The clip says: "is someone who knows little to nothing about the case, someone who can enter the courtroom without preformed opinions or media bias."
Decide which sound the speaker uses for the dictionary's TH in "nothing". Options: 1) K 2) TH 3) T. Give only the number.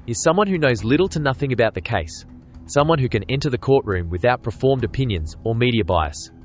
2